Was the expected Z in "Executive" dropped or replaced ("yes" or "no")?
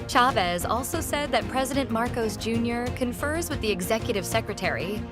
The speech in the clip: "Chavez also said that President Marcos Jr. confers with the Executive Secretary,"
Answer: no